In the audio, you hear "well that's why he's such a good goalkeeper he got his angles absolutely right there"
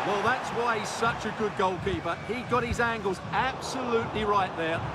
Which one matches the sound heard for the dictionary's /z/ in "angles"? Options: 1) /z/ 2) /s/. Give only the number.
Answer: 1